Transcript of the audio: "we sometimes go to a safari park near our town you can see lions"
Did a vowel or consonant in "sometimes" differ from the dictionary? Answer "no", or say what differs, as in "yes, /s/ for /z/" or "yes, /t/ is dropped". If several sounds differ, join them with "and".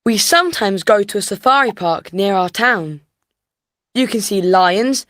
no